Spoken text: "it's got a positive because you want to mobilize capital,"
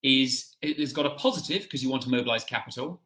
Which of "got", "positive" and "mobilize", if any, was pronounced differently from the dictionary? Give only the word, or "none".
none